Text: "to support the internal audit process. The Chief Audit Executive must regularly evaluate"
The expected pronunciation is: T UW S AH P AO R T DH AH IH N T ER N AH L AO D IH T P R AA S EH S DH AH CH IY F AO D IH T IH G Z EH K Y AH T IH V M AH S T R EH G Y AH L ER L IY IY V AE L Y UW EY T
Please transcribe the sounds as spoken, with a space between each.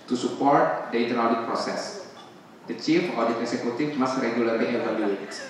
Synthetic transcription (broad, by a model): T UW S AH P AO R T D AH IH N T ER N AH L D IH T P R AA S EH S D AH CH IY F AO D IH T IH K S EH K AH T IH F M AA S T R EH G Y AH L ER L IY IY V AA L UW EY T